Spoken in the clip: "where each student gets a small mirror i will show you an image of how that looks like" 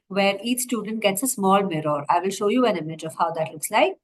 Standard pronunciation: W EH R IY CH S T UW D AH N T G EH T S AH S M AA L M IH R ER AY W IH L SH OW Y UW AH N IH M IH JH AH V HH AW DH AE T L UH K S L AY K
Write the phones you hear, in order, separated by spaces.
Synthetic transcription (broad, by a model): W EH R IY CH S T UW D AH N T G EH T S AH S M AA L M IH R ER AY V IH L SH OW Y UW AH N IH M IH JH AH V HH AW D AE T L UH K S L AY K